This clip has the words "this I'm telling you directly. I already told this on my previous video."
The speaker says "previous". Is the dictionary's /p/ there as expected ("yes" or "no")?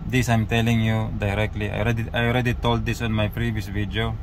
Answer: yes